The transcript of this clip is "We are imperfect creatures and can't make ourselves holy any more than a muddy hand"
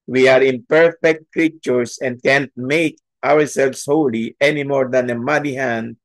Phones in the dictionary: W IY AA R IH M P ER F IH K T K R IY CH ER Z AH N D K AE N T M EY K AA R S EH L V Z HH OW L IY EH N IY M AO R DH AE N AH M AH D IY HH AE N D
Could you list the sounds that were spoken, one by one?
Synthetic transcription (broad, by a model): W IY AA R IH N P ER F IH K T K R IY CH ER S AH N D K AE N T M EY K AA R S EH L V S HH OW L IY EH N IY M AO R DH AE N AH M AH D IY HH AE N D